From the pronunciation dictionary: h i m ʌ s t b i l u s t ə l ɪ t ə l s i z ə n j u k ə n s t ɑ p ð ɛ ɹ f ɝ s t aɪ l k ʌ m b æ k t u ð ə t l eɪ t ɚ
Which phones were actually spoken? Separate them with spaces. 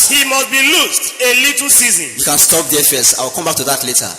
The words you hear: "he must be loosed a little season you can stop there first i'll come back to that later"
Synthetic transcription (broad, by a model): h i m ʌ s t b i l u s t ə l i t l s i z ə n j u k ə n s t ɑ p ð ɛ f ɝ s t aɪ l k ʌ m b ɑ k t u ð ə t l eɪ t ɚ